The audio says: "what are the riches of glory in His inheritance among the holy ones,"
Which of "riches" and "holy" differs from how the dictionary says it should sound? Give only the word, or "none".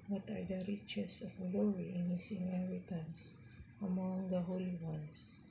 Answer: riches